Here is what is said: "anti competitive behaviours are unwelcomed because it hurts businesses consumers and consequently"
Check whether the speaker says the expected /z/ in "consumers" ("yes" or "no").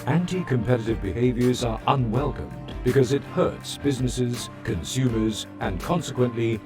yes